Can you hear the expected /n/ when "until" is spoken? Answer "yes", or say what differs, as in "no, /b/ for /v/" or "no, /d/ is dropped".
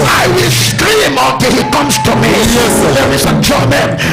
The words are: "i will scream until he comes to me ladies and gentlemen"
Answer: no, /n/ is dropped